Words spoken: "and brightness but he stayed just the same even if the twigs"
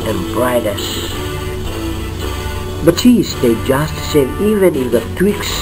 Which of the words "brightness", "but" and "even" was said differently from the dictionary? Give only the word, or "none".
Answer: brightness